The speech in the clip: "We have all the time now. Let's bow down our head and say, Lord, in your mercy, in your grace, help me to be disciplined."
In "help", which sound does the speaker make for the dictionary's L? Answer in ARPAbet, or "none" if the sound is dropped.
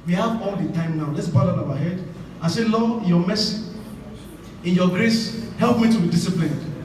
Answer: L